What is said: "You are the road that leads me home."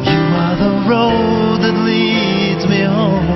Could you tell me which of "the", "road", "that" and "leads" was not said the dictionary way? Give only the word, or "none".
none